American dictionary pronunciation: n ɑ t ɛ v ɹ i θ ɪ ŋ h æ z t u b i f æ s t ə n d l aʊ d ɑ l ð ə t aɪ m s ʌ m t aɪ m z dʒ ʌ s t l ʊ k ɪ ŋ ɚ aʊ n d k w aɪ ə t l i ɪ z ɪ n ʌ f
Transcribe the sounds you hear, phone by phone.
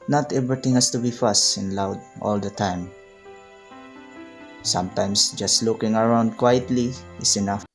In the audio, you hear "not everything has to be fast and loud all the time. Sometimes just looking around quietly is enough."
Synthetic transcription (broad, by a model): n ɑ t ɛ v ɹ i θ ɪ ŋ h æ s t u b i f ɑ s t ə n l aʊ d ɑ l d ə t aɪ m s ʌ m t aɪ m s dʒ ʌ s t l ʊ k ɪ ŋ ɚ aʊ n d k w aɪ ə t l i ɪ s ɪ n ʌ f